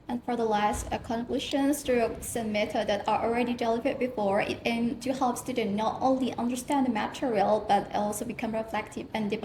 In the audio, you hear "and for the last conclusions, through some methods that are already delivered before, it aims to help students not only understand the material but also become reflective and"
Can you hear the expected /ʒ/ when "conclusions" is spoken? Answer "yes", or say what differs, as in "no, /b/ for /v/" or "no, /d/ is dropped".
no, /ʃ/ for /ʒ/